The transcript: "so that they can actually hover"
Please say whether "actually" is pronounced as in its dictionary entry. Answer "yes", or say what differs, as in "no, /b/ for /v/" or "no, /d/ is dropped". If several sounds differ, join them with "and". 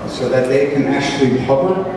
yes